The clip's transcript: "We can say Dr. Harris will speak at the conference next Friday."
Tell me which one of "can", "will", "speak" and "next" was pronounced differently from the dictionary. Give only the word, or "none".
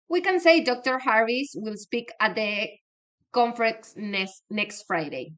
none